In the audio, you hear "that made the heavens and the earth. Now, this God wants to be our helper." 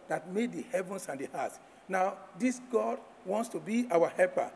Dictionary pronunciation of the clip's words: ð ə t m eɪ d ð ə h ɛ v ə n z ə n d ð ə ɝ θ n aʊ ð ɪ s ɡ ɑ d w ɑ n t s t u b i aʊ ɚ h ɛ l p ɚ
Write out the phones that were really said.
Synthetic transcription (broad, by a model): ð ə t m eɪ d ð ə h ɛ v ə n s ə n d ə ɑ t n aʊ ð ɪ s ɡ ɑ d w ɑ n t s t u b i aʊ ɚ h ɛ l p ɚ